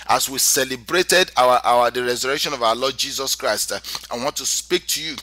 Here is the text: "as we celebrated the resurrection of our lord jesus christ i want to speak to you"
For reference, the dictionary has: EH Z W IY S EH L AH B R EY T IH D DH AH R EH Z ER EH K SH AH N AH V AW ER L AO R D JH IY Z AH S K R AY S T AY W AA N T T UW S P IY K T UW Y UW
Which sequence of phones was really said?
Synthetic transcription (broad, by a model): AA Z W IY S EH L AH B R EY T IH D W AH R EH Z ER EH K SH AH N AH V AW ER L AO D JH IY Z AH S K R AY S T AY W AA N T T UW S P IY K T UW Y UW